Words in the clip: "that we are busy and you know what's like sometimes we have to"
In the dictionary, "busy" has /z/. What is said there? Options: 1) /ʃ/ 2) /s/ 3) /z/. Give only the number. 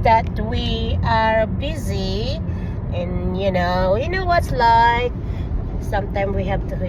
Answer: 3